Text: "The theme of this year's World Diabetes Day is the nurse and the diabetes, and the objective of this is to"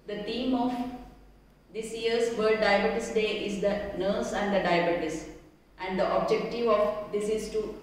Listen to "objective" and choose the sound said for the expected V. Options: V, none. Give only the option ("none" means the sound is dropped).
V